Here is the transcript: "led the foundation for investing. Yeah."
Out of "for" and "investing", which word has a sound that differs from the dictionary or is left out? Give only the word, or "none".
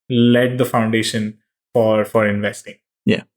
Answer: none